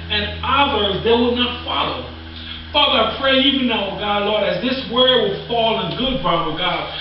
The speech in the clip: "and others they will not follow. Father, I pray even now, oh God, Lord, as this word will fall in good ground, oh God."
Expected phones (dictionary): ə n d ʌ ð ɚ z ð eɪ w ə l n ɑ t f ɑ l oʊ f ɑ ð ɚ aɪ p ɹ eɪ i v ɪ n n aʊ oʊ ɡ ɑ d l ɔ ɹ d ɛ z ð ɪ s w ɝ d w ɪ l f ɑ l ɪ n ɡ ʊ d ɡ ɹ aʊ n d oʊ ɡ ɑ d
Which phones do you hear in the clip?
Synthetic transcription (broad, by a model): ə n ʌ ð ɚ z ð eɪ w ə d n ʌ t f ɑ l oʊ f ɑ ð ɚ aɪ p ɹ eɪ i v ɪ n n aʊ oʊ ɡ ɑ d l ɔ ɹ d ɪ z ð ɪ s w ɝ w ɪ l f ɑ l ɪ n ɡ ʊ d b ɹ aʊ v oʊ ɡ ɑ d